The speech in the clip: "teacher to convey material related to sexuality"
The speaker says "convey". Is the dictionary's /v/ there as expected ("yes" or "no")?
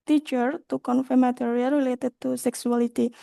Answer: no